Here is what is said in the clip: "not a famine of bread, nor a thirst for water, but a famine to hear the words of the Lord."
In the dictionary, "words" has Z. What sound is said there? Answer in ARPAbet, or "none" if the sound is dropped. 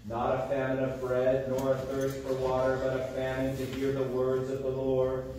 Z